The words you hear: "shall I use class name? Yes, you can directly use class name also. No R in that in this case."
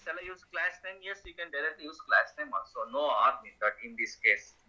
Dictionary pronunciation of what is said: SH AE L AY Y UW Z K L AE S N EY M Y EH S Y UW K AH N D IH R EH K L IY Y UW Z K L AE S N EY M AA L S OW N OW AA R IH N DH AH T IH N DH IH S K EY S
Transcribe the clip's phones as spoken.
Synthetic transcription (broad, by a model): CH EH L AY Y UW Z K L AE S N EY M Y EH S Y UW K AH N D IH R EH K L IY Y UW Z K L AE S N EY M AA S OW N OW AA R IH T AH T IH N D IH S K EY S